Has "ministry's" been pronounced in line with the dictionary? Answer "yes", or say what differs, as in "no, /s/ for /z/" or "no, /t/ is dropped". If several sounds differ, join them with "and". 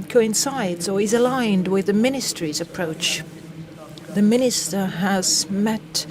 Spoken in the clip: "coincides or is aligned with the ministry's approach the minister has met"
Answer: yes